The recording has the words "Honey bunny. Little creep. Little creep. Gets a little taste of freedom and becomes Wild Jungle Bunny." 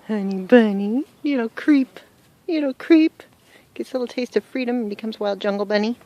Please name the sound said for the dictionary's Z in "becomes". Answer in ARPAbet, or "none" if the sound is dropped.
Z